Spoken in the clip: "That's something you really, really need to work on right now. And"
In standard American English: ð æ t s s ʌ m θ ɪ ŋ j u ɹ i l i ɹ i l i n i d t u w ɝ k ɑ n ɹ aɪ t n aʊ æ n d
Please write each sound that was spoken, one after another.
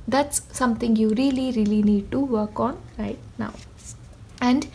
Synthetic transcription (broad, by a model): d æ t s s ʌ m t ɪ ŋ j u ɹ i l i ɹ i l i n i d t u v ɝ k ɑ n ɹ aɪ t n aʊ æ n d